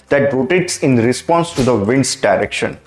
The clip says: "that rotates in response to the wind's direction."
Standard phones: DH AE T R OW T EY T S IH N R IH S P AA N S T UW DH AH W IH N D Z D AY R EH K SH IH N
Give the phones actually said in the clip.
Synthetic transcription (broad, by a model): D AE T R OW T EY T S IH N R IH S P AA N S T UW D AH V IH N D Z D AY R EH K SH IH N